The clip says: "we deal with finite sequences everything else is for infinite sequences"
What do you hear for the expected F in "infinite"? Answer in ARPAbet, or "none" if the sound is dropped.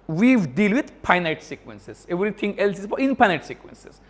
P